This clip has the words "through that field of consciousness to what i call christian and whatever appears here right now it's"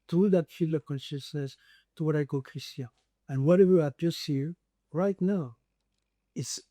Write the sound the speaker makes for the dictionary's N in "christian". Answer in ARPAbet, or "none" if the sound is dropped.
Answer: none